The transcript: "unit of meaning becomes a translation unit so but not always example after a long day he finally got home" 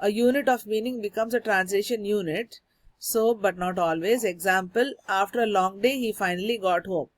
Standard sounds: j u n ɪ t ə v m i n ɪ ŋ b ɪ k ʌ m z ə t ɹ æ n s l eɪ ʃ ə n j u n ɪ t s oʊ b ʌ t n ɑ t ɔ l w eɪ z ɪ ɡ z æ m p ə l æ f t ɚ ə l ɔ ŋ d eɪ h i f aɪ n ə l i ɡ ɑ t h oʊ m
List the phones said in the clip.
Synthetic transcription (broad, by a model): j u n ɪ t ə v m i n ɪ ŋ b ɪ k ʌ m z ə t ɹ æ n s l eɪ ʃ ə n j u n ɪ t s oʊ b ʌ t n ɑ t ɔ l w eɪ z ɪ ɡ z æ m p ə l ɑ f t ɚ ə l ɔ ŋ d eɪ h i f aɪ n ə l i ɡ ɑ t h oʊ m